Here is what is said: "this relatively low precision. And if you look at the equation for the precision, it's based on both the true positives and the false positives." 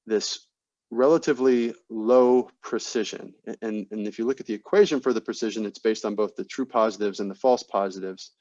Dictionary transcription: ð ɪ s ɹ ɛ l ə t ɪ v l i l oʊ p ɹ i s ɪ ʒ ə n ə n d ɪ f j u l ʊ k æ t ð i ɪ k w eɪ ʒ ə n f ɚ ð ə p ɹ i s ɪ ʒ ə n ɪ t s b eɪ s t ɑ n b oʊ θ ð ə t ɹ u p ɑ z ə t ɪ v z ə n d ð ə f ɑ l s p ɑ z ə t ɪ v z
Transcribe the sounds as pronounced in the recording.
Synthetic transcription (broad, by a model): ð ɪ s ɹ ɛ l ə t ɪ v l i l oʊ p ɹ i s ɪ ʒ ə n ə n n ɪ f j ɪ l ʊ k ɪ t ð i ɪ k w eɪ ʒ ə n f ɚ ð ə p ɹ i s ɪ ʒ ə n ɪ t s b eɪ s t n b oʊ θ ð ə t ɹ u p ɑ z ə t ɪ v z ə n ð ə f ɑ l s p ɑ z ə t ɪ v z